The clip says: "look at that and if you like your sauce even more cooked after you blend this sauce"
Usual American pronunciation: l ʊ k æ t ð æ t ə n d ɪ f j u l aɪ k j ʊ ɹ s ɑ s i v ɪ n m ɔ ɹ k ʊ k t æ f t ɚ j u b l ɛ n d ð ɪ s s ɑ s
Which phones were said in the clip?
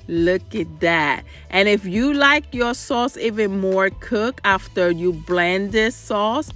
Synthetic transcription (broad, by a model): l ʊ k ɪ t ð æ t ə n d ɪ f j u l aɪ k j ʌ ɹ s ɑ s i v ɪ n m ɔ ɹ k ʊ k æ f t ɚ j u b l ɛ n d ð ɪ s s ɑ s